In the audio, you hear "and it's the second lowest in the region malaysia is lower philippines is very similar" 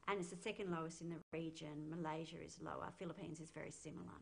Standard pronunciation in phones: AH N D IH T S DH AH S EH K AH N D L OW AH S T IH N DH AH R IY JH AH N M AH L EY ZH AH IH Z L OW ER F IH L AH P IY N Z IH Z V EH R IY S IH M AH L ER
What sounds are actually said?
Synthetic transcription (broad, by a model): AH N IH T S DH AH S EH K AH N D L OW AH S T IH N DH AH R IY JH AH N M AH L EY ZH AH IH Z L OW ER F IH L AH P IY N Z IH Z V EH R IY S IH M L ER